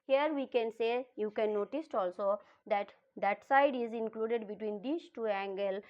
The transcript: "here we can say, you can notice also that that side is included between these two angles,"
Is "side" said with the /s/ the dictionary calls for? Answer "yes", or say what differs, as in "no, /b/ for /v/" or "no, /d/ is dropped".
yes